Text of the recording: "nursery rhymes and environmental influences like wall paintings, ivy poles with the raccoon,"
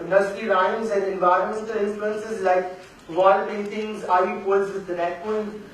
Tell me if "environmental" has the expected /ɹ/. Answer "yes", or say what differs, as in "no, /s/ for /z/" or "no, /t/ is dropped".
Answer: yes